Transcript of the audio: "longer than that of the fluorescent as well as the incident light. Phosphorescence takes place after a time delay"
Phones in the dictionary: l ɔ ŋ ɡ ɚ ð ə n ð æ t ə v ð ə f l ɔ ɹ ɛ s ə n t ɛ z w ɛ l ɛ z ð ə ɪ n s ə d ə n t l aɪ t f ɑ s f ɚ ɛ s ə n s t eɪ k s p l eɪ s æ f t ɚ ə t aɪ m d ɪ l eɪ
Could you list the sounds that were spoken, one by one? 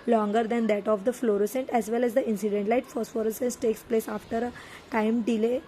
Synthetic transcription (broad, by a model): l ɔ ŋ ɡ ɚ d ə n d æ t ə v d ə f l ɔ ɹ ɛ s ə n t ɛ z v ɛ l ɛ z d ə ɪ n s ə d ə n t l aɪ t f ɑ s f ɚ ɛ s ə n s t eɪ k s p l eɪ s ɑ f t ɚ ə t aɪ m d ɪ l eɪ